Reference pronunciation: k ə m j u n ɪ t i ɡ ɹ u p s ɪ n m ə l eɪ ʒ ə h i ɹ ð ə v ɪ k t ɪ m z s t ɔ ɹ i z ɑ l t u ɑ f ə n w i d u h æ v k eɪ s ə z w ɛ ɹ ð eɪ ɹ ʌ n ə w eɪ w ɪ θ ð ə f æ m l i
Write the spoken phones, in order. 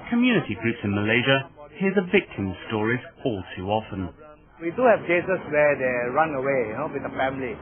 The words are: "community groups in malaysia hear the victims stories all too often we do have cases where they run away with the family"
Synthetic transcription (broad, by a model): k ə m j u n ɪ t i ɡ ɹ u p s ɪ n m ə l eɪ ʒ ə h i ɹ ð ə v ɪ k t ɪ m s t ɔ ɹ i z ɑ l t u ɑ f ə n w i d u h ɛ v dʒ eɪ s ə s w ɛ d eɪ ɹ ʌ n ə w eɪ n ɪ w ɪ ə f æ m l i